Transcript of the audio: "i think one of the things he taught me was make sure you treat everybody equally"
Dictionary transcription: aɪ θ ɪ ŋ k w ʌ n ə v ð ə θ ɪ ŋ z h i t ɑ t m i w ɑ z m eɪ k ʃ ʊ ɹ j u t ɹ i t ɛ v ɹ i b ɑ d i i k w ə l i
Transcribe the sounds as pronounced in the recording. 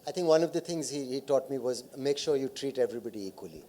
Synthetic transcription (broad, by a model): aɪ t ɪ ŋ k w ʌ n ə v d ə t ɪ ŋ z h i t ɑ t m i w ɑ z m eɪ k ʃ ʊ ɹ j u t ɹ i t ɛ v ɹ i b ɑ d i i k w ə l i